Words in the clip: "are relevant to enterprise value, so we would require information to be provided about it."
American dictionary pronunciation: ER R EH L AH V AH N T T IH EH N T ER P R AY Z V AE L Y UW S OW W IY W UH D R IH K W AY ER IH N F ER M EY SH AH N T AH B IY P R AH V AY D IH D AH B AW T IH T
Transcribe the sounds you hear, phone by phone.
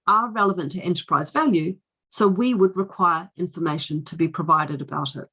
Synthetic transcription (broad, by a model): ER R EH L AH V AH N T T IH EH N T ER P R AY Z V AE L Y UW S OW W IY W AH D R IH K W AY ER IH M F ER M EY SH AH N T AH B IY P R AH V AY D IH D AH B AW T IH T